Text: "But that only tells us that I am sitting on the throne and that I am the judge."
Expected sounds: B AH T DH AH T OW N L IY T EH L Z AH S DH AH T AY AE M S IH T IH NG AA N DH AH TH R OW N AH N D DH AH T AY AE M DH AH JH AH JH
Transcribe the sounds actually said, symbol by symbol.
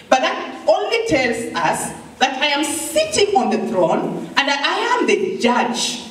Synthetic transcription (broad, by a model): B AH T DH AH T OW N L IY T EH L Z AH S DH AH T AY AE M S IH T IH NG AA N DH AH TH R OW N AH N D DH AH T AY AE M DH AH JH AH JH